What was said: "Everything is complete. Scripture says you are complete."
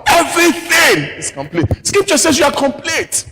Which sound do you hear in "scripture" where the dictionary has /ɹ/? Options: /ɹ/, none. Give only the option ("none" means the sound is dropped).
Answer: none